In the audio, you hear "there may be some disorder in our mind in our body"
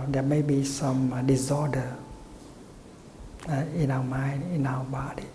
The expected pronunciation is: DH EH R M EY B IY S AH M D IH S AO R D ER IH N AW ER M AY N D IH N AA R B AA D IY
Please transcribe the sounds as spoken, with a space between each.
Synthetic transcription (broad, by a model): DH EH M EY B IY S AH M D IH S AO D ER IH N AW M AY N IH N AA W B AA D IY